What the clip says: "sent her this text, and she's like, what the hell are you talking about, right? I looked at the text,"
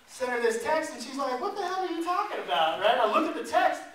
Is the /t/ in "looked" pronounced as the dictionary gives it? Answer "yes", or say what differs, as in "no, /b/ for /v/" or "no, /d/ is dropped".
no, /t/ is dropped